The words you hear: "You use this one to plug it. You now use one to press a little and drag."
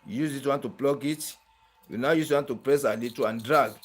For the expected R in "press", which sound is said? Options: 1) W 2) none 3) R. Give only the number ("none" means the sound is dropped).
3